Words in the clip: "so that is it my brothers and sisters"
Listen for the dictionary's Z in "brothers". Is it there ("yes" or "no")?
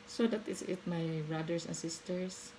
no